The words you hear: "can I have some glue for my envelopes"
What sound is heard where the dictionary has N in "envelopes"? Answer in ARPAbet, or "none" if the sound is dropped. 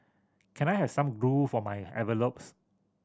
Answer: none